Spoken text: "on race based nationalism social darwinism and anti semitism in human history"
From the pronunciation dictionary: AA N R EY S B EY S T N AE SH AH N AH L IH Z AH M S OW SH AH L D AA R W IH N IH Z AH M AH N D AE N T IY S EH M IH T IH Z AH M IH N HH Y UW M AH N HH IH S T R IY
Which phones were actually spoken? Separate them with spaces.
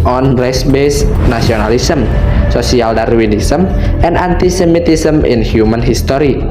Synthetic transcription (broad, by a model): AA N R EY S B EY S N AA S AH N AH L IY S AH M S OW S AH L D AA R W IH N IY S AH M AH N D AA N T IY S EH M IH T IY S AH M IH N HH Y UW M AH N HH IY S T R IY